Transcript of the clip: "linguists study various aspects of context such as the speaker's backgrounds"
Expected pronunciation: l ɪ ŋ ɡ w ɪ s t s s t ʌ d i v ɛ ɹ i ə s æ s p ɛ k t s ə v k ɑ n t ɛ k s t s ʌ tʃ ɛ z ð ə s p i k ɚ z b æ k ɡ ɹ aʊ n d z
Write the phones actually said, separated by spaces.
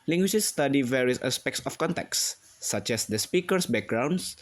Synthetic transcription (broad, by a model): l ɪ ŋ ɡ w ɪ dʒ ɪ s s t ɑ d i v ɛ ɹ i ə s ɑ s p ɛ k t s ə f k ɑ n t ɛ k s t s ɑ tʃ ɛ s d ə s p i k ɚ s b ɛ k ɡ ɹ aʊ n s